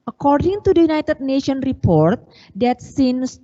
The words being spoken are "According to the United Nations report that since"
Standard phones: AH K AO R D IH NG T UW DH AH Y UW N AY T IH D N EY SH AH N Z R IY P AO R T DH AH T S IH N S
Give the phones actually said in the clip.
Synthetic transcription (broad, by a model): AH K AO R D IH NG T UW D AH Y UW N AY T IH D N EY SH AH N R IY P AO R T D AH T S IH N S